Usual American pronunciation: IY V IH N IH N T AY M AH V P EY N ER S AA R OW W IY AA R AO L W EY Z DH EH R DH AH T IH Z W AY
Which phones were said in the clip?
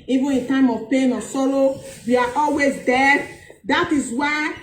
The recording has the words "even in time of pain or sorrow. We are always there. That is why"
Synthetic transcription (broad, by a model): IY V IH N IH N T AY M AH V P EY N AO S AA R OW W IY AA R AO L W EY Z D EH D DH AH T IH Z W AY